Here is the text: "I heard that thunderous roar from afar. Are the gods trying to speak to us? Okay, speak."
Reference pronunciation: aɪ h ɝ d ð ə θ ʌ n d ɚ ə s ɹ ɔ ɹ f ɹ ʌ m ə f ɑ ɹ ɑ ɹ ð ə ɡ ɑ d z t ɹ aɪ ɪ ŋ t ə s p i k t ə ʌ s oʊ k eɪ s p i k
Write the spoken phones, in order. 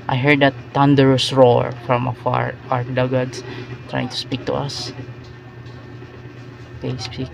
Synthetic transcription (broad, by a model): aɪ h ɝ d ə t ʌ n d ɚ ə s ɹ ɔ ɹ f ɹ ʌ m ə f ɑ ɹ ɑ ɹ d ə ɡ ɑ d s t ɹ aɪ ɪ ŋ t ə s p i k t ə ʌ s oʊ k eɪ s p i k